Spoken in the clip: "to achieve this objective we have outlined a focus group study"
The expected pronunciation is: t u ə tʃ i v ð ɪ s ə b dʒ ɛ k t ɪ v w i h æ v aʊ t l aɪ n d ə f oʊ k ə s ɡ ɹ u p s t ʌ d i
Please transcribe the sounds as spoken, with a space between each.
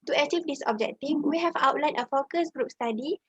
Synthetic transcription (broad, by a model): t u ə tʃ i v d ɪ s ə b dʒ ɛ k t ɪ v w i h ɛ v aʊ t l aɪ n ə f oʊ k ə s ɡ ɹ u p s t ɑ d i